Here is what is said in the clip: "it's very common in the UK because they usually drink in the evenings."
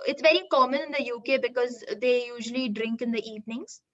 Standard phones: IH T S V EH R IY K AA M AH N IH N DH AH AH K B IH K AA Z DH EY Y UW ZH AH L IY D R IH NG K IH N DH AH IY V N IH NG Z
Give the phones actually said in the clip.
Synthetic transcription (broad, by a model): IH T S V EH R IY K AA M AH N IH N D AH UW K B IH K AA Z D EY Y UW ZH AH L IY D R IH NG K IH N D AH IY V N IH NG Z